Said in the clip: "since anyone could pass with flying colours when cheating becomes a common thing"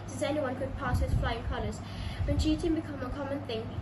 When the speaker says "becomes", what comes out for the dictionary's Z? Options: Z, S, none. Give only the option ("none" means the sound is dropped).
none